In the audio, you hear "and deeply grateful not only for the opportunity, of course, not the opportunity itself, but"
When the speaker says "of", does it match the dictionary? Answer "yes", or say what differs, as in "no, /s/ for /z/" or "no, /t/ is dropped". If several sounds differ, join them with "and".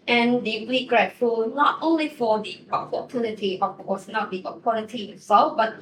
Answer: no, /b/ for /v/